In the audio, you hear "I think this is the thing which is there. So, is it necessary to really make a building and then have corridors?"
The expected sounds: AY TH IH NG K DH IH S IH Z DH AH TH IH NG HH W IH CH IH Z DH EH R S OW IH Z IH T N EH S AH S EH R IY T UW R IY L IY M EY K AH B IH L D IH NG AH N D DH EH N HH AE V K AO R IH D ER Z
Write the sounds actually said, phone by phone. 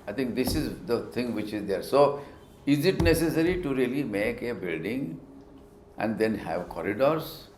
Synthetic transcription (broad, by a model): AY T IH NG K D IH S IH Z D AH T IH NG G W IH CH IH Z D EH R S OW IH Z IH T N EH S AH S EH R IY T UW R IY L IY M EY K AH B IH L D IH NG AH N D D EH N HH AE V K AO R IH D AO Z